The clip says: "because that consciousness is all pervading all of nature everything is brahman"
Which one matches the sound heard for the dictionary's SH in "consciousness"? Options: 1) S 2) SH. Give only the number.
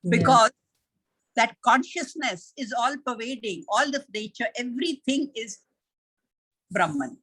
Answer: 2